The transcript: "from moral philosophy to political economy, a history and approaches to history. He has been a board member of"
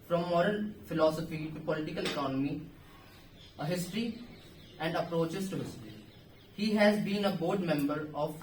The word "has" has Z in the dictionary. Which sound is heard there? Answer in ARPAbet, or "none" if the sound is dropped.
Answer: Z